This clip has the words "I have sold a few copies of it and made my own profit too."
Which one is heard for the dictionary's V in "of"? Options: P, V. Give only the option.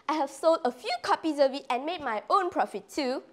V